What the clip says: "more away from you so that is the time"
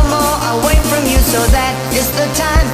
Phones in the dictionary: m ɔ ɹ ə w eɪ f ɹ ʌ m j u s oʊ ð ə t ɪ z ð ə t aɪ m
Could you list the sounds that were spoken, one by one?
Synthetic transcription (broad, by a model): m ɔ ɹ ə w eɪ f ɹ ʌ m j u s oʊ ð ə t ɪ s ð ə t aɪ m